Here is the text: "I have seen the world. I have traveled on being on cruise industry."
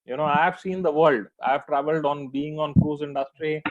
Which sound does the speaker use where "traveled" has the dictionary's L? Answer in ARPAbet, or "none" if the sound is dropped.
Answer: L